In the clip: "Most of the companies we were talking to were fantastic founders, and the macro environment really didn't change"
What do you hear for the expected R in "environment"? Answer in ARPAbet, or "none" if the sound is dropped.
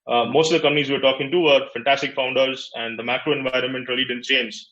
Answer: R